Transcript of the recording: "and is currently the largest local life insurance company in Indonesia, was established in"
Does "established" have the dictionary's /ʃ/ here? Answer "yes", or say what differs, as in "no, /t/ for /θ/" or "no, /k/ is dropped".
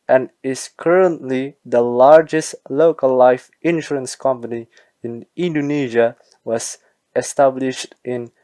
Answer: yes